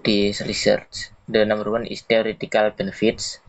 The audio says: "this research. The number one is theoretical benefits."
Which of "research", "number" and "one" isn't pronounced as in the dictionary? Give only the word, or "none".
number